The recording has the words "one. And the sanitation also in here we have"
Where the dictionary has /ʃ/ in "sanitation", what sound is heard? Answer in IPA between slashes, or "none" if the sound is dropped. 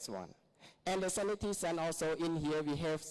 /s/